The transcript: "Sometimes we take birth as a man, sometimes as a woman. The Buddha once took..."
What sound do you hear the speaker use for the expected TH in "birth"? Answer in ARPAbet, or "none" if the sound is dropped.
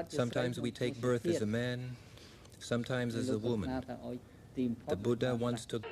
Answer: TH